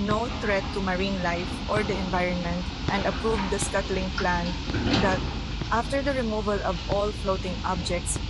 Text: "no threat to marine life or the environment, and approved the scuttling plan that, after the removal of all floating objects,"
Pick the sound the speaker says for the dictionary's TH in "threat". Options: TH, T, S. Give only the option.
T